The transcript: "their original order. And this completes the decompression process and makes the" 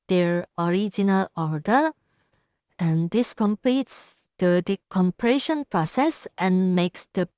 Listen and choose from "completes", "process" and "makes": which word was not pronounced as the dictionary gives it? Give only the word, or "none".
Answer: none